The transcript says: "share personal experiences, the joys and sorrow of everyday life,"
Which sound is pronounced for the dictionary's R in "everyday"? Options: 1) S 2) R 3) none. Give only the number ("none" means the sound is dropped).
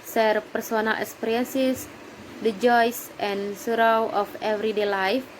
2